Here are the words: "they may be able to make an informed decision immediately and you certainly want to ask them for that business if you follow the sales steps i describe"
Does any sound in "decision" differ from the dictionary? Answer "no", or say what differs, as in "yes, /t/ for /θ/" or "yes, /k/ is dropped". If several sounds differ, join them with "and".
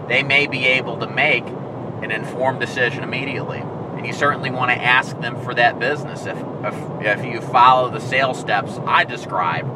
no